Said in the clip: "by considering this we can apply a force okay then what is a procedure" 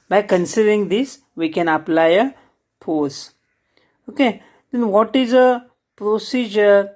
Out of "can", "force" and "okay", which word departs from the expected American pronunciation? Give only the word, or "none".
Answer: force